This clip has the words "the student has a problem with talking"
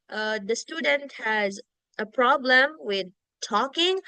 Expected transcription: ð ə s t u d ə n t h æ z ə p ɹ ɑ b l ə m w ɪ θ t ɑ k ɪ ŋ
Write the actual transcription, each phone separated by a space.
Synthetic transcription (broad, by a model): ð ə s t u d ə n t h æ z ə p ɹ ɑ b l ə m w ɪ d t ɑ k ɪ ŋ